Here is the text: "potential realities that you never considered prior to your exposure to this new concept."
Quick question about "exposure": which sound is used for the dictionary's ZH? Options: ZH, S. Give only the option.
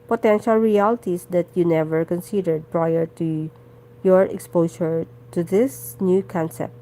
S